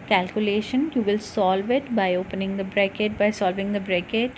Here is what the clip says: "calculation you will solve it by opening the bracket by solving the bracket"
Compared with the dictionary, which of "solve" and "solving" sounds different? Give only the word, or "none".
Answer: none